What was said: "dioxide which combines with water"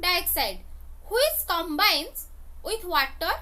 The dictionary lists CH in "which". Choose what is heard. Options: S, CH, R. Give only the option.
S